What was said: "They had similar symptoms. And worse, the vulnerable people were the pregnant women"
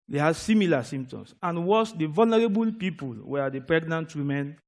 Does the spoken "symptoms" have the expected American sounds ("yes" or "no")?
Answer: no